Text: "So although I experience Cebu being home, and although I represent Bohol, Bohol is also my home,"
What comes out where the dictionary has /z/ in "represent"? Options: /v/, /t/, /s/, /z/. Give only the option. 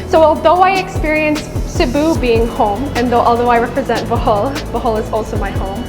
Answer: /z/